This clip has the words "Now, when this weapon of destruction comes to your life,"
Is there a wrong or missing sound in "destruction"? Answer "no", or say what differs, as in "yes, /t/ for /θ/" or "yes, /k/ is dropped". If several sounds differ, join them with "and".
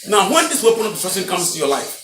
yes, /s/ is dropped